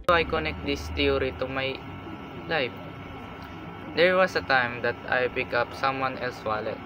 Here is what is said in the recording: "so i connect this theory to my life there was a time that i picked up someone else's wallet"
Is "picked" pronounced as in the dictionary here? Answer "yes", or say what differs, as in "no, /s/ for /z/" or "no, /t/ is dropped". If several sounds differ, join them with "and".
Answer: no, /t/ is dropped